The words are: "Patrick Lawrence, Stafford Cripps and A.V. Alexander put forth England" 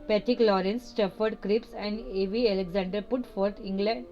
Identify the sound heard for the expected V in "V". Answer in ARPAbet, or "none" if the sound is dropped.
V